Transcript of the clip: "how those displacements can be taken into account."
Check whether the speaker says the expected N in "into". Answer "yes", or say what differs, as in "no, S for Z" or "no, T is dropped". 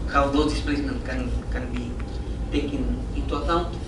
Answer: no, N is dropped